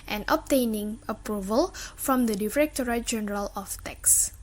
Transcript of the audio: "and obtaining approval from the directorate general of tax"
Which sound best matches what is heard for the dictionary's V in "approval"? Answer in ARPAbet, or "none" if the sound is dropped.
V